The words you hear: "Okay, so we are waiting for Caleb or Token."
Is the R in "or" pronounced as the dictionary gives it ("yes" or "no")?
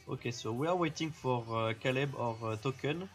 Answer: yes